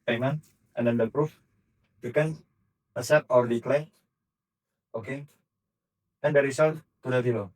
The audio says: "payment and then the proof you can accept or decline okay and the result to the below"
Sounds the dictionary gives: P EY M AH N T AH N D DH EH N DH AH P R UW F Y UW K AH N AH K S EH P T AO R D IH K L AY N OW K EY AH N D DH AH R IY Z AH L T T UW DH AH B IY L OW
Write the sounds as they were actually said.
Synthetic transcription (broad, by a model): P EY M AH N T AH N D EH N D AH P R UW F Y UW K AH N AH S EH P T AO R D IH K L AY OW K EY AH N D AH R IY S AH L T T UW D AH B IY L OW